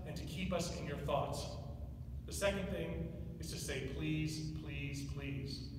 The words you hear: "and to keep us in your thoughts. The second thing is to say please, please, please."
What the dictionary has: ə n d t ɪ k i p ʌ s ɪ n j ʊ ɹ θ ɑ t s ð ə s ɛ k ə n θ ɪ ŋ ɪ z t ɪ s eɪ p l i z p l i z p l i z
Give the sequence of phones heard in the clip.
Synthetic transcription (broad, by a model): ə n t ɪ k i p ʌ s ɪ n j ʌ ɹ θ ɑ t s ð ə s ɛ k ə n θ ɪ ŋ ɪ z t ɪ s eɪ p l i z p l i z p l i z